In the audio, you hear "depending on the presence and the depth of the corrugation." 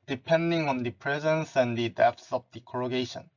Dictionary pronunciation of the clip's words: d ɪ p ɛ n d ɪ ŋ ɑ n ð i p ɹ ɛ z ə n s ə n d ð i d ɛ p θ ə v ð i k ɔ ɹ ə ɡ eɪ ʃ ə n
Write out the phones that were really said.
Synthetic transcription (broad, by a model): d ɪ p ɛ n d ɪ ŋ ɑ n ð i p ɹ ɛ z ə n s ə n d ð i d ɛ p s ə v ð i k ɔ ɹ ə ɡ eɪ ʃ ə n